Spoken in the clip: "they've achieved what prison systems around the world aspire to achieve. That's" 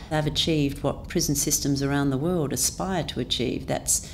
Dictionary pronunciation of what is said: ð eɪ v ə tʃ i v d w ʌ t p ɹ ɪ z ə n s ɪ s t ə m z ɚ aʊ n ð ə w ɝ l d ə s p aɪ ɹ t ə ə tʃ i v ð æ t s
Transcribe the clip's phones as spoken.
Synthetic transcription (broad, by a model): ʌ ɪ v ə tʃ i v d w ʌ t p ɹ ɪ z n s ɪ s t ə m z ɚ aʊ n ð ə w ɝ l d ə s p aɪ ɹ t ə ə tʃ i v ð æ t s